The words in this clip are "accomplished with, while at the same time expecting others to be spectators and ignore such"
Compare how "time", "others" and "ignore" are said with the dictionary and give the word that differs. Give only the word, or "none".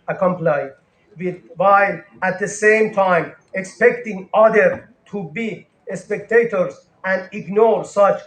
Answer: others